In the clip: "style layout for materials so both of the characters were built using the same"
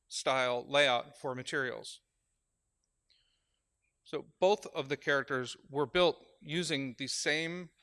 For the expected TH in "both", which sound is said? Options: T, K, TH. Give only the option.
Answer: TH